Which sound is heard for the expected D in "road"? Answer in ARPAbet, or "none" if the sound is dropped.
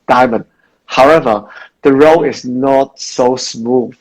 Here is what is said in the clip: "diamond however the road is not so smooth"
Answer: none